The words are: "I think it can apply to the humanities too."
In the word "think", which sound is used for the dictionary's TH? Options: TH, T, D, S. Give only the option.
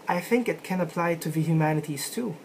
TH